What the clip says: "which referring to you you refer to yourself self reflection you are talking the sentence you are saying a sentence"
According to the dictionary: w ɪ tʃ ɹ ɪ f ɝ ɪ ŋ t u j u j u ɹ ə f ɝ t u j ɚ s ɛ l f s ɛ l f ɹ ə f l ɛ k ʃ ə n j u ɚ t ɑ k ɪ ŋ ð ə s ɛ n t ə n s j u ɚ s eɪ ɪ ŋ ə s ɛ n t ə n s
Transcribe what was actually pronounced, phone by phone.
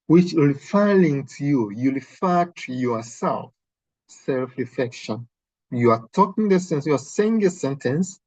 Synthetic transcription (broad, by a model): w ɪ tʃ l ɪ f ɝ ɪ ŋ t u j u j u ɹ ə f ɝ t u j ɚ s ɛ l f s ɛ l f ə f ɛ k ʃ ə n j u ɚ t ɑ k ɪ ŋ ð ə s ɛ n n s j u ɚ s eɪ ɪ ŋ ə s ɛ n t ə n s